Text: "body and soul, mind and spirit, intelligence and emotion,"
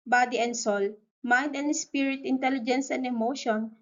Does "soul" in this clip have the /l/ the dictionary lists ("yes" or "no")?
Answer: yes